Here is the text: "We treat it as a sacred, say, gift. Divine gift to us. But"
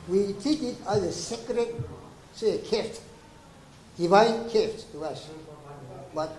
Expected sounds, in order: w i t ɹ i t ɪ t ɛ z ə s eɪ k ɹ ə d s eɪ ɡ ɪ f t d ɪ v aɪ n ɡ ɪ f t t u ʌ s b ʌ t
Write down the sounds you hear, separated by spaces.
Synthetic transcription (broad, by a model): w i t i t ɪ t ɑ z ə s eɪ k ɹ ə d s eɪ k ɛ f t d ɪ v aɪ n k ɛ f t t u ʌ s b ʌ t